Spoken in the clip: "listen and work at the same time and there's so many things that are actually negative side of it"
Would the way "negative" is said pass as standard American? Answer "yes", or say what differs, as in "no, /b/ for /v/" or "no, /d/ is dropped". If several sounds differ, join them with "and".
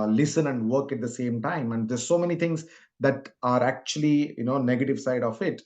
yes